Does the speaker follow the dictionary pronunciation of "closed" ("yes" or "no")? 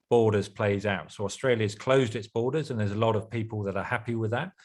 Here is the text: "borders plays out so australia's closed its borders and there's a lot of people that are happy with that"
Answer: yes